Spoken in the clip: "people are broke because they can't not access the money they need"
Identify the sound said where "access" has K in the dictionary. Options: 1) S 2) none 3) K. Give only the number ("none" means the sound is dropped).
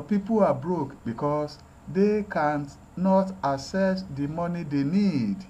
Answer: 2